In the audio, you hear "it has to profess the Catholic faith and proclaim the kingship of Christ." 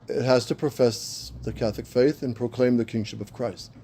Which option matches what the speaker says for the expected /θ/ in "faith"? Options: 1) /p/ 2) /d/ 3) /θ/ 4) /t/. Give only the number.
3